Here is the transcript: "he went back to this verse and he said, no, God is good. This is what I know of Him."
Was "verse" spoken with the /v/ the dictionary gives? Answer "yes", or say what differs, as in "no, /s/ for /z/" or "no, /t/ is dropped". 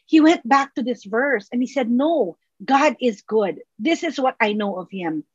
yes